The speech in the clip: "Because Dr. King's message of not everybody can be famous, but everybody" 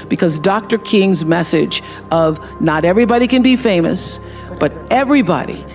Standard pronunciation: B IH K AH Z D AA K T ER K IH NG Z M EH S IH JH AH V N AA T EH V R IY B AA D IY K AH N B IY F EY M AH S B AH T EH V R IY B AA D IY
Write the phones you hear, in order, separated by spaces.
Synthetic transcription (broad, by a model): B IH K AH Z D AA K T ER K IH NG Z M EH S IH JH AH V N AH T EH V R IY B AA D IY K AH N B IY F EY M AH S B AH T EH V R IY B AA D IY